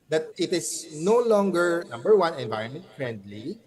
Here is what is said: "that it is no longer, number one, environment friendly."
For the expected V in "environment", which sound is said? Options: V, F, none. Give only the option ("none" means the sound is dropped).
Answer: V